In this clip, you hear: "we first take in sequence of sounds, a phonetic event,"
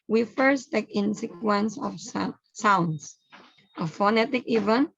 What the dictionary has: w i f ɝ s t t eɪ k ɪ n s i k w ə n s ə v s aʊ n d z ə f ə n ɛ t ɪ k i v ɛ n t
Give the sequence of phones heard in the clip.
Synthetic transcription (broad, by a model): w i f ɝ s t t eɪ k ɪ n s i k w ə n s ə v s aʊ n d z ə f ə n ɛ t ɪ k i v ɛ n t